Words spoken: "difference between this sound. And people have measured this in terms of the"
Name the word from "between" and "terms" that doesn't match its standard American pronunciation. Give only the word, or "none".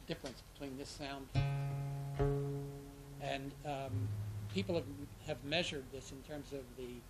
none